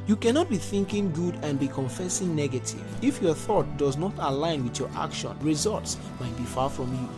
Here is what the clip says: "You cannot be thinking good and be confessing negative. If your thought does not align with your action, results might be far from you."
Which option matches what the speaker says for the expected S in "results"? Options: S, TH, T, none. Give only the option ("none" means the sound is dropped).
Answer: S